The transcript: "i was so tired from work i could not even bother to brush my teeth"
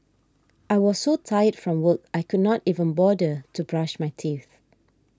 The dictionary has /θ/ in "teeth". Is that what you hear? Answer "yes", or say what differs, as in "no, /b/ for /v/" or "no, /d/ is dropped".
yes